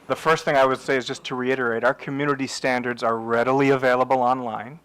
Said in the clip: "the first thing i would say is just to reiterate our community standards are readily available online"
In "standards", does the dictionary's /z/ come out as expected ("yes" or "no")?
yes